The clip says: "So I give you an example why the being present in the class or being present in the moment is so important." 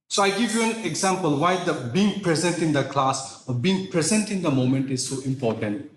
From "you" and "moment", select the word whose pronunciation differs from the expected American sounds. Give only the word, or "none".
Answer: none